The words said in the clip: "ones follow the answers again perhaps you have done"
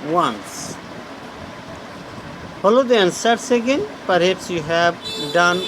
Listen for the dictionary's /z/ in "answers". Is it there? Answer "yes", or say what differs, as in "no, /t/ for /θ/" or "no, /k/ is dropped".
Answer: no, /s/ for /z/